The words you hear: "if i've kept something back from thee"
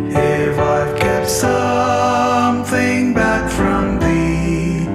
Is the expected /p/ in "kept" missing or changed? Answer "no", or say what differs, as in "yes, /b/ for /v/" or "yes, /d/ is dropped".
yes, /p/ is dropped